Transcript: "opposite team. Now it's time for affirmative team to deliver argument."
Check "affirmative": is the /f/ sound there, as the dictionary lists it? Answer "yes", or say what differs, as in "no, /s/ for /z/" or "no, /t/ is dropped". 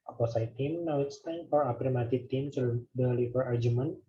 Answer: no, /p/ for /f/